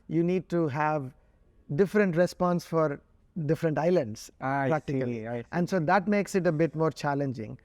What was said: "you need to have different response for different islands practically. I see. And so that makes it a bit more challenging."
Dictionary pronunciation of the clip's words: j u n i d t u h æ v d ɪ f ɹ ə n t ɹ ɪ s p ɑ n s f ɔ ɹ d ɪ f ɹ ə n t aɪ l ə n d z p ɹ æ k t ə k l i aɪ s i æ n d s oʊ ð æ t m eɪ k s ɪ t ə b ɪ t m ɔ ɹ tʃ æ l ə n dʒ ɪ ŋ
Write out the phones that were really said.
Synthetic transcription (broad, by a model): j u n i d t u h æ v d ɪ f ɹ ə n t ɹ ɪ s p ɑ n s f ɔ ɹ d ɪ f ɹ ə n t aɪ l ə n d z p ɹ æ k t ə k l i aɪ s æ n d s oʊ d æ t m eɪ k s ɪ t ə b ɪ t m ɔ ɹ tʃ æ l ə n dʒ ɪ ŋ